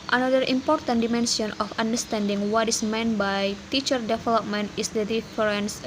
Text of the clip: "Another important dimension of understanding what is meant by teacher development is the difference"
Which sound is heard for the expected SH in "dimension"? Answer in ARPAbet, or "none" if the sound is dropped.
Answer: S